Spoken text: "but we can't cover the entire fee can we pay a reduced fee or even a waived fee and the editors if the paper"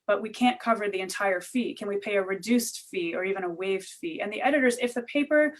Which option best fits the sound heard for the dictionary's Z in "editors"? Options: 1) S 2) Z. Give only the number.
2